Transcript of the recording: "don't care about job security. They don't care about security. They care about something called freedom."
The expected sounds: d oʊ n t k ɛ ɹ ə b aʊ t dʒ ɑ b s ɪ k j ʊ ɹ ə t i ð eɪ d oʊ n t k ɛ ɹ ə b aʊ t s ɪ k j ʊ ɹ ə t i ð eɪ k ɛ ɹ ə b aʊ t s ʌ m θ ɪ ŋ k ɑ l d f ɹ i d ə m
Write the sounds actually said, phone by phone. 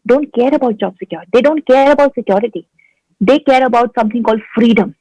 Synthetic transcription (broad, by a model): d oʊ n t k ɛ ɹ ə b aʊ t dʒ ɑ b s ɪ k j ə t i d eɪ d oʊ n t k ɛ ɹ ə b aʊ t s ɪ k j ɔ ɹ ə t i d eɪ k ɛ ɹ ə b aʊ t s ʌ m t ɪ ŋ k ɑ l d f ɹ i d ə m